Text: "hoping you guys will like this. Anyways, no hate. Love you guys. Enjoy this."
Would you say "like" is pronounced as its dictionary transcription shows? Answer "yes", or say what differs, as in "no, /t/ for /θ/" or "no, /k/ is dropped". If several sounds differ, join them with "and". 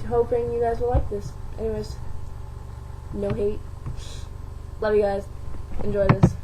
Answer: yes